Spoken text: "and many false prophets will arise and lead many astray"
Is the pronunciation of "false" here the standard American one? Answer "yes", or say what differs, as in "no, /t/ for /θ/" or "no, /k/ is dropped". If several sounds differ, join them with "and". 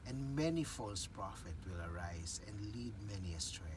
yes